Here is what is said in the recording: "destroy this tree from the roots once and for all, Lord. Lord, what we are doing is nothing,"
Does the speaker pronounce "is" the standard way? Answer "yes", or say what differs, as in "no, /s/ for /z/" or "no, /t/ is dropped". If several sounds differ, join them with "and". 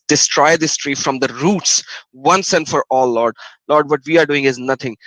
yes